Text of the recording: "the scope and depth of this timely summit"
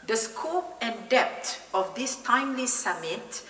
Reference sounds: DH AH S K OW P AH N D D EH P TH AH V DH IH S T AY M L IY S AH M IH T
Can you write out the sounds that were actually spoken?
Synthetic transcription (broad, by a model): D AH S K OW P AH N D D EH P T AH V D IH S T AY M L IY S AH M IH T